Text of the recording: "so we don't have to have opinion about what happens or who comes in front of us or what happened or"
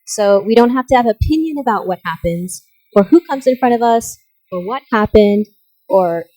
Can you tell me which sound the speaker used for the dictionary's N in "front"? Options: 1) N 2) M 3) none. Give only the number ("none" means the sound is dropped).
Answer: 3